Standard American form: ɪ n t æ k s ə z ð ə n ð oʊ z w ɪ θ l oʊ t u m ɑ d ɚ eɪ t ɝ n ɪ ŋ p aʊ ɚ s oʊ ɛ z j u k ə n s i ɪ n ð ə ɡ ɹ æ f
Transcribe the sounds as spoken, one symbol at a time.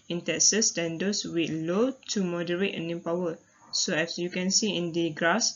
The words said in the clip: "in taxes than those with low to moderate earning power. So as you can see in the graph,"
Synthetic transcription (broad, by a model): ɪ n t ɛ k s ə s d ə n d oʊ s w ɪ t l oʊ t u m ɑ d ɚ eɪ t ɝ n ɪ p aʊ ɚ s oʊ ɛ s j u k ə n s i ɪ n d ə ɡ ɹ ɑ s